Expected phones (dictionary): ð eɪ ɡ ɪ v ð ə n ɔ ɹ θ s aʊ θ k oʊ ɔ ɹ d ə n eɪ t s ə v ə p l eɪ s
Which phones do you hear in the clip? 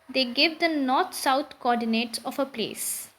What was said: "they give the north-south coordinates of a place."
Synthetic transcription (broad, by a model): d eɪ ɡ ɪ v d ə n ɔ ɹ t s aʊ t k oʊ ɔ ɹ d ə n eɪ t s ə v ə p l eɪ s